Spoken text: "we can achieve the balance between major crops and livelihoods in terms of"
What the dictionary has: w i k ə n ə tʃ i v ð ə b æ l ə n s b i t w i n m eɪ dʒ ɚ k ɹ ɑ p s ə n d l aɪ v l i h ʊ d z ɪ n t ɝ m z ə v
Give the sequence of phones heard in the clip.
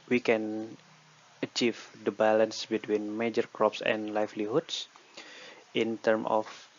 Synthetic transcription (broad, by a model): w i k ə n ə tʃ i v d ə b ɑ l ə n s b i t w i n m eɪ dʒ ɚ k ɹ ɑ p s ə n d l aɪ f l i h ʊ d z ɪ n t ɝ m ə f